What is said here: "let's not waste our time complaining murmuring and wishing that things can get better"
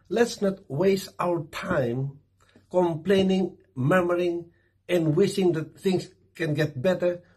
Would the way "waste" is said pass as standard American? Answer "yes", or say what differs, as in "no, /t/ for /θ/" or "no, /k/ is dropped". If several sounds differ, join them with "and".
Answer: yes